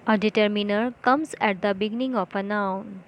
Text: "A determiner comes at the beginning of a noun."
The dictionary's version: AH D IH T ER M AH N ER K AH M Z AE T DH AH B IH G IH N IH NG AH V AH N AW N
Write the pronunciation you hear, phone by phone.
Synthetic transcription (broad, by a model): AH D IH T ER M AH N ER K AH M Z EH T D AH B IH G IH N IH NG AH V AH N AW N